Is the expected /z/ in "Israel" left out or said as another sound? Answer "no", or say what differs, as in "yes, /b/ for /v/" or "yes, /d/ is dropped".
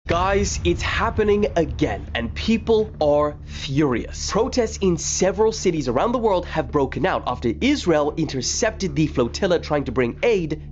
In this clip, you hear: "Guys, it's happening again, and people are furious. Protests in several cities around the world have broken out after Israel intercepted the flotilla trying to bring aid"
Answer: no